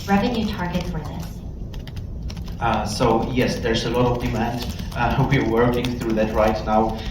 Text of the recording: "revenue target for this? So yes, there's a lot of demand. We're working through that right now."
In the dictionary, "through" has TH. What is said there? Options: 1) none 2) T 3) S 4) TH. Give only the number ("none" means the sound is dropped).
4